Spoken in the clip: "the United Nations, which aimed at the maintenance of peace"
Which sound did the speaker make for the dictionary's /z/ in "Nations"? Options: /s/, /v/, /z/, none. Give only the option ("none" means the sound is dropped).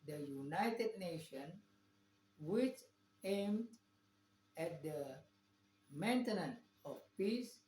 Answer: none